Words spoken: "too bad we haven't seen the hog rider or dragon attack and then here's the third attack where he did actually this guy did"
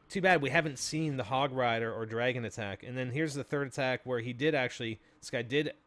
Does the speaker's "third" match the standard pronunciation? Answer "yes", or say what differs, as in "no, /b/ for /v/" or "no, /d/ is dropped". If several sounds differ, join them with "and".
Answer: yes